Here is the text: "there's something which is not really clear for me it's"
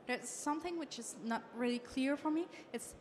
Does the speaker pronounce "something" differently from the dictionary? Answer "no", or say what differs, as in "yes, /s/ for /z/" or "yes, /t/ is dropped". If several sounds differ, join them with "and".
no